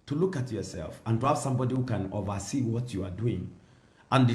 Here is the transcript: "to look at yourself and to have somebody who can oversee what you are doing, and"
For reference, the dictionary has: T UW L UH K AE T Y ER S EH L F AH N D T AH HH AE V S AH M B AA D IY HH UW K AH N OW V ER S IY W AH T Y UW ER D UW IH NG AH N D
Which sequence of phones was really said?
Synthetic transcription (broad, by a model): T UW L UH K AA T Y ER S EH L F AH N D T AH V S AH M B AA D IY HH UW K AH N OW V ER S IY W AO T Y UW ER D UW IH NG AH N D